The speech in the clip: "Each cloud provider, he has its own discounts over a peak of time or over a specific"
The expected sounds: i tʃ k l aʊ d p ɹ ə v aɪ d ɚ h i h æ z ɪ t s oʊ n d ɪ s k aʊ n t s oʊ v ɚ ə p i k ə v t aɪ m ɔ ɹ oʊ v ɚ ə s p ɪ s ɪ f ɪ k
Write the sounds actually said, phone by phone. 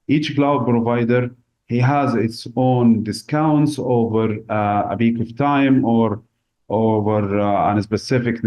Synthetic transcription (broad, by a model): i tʃ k l aʊ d p ɹ ə v aɪ d ɚ h i h æ z ɪ t s oʊ n d ɪ s k aʊ n t s oʊ v ɚ ə b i k ə v t aɪ m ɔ ɹ oʊ v ɚ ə s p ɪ s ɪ f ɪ k